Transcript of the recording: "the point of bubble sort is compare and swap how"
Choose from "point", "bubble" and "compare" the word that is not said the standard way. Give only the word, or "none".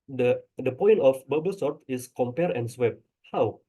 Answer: none